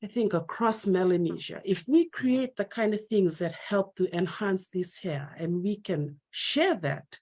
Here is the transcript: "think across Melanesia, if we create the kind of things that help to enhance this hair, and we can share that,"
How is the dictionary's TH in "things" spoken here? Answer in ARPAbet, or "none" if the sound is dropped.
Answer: TH